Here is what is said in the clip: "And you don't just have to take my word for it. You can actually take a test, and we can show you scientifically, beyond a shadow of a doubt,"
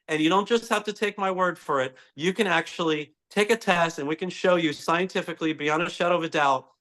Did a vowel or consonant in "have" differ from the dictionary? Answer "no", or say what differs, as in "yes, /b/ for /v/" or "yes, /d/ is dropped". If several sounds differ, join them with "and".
yes, /f/ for /v/